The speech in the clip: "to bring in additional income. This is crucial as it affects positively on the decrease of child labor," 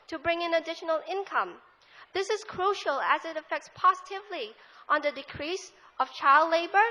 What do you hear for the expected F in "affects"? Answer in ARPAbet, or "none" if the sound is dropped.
F